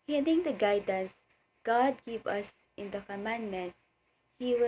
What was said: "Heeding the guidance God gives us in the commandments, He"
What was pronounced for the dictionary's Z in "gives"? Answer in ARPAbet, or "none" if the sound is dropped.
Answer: none